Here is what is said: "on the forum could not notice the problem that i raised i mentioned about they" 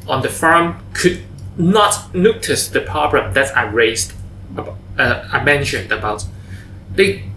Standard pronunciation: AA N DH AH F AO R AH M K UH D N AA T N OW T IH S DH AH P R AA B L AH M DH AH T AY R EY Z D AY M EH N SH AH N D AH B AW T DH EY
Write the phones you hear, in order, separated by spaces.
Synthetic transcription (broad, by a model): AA N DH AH F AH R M K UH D N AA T N OW T IH S DH AH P AA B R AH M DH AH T AY R EY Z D AY M EH N SH AH N D AH B AW T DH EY